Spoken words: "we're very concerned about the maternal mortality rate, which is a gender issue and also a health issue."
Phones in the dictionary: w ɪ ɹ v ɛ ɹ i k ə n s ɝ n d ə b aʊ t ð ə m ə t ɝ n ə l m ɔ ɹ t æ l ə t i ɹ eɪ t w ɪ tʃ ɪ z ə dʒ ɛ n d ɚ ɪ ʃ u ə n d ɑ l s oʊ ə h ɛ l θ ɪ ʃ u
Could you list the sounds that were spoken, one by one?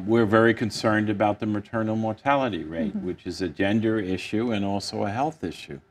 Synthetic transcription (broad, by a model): w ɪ ɹ v ɛ ɹ i k ə n s ɝ n d ə b aʊ t ð ə m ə t ɝ n l m ɔ ɹ t æ l ə t i ɹ eɪ t w ɪ tʃ ɪ z ə dʒ ɛ n d ɚ ɪ ʃ u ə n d ɑ l s oʊ ə h ɛ l θ ɪ ʃ u